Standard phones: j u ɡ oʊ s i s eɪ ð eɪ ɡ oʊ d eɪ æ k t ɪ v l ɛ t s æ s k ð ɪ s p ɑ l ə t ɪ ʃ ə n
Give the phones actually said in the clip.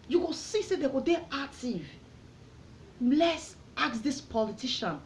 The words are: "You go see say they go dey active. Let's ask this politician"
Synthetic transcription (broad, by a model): j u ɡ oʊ s i s eɪ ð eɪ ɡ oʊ d eɪ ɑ t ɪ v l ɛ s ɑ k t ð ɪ s p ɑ l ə t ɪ ʃ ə n